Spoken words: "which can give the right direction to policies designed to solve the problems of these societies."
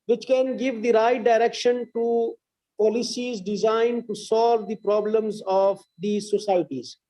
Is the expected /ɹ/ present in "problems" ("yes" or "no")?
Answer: yes